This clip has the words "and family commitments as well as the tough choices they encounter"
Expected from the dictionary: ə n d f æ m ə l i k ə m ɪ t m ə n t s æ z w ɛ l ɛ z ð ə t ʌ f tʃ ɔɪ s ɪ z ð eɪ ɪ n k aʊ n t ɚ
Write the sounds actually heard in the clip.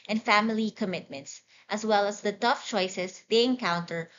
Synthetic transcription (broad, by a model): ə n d f æ m ə l i k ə m ɪ t m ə n t s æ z w ɛ l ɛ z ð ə t ʌ f tʃ ɔɪ s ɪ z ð eɪ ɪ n k aʊ n t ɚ